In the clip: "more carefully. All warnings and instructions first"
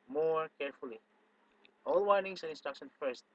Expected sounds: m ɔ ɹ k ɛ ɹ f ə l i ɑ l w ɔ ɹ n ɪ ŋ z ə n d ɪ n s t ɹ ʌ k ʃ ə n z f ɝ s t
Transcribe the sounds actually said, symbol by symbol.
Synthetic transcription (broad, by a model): m ɔ ɹ k ɛ ɹ f ə l i ɑ l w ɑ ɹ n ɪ ŋ s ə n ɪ n s t ɹ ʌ k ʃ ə n f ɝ s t